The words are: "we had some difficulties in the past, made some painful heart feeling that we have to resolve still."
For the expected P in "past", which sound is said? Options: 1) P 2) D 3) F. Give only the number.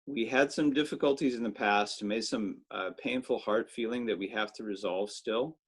1